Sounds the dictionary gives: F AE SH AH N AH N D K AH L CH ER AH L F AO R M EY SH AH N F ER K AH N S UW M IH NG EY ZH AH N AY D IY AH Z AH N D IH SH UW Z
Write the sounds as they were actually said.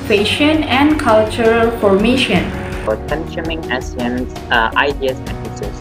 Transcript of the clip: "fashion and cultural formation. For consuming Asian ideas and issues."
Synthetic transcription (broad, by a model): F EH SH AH N AH N D K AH L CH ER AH L F AO R M EY SH AH N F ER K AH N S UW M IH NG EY S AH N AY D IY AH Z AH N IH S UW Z